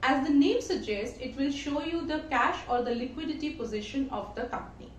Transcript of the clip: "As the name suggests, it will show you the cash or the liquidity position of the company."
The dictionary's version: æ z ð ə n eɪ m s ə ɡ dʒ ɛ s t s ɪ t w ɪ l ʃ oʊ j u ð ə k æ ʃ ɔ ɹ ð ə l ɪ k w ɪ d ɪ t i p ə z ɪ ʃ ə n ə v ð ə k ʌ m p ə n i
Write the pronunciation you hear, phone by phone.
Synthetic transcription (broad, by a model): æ z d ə n eɪ m s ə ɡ dʒ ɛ s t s ɪ t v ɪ l ʃ oʊ j u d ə k æ ʃ ɔ ɹ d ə l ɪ k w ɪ d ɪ t i p ə z ɪ ʃ ə n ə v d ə k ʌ m p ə n i